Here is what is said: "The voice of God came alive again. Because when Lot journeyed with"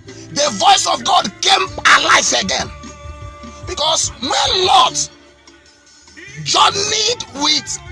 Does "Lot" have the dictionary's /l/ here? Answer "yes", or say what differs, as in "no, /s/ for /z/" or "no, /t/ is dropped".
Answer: no, /n/ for /l/